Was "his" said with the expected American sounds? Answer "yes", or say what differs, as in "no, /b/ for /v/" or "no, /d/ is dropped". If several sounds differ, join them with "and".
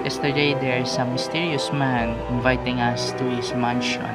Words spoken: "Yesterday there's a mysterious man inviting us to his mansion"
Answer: no, /s/ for /z/